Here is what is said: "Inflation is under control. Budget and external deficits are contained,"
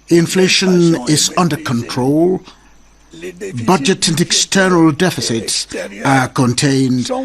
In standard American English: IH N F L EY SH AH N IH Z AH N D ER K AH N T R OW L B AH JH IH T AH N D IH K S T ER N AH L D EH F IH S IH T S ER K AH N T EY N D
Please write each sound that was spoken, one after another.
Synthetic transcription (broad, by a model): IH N F L EY SH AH N IH Z AH N D ER K AH N T R OW L B AH JH IH T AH N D IH K S T ER N AH L D EH F IH S IH T S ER K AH N T EY N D